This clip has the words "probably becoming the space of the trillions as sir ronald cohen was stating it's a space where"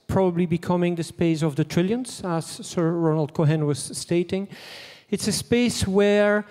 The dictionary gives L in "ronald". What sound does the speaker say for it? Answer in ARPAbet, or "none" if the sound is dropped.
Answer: L